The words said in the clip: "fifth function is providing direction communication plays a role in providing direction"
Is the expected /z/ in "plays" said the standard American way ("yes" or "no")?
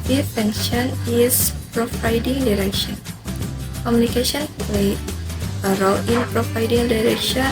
no